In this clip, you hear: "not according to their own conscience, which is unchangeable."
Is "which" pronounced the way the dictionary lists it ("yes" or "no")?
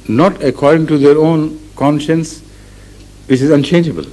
no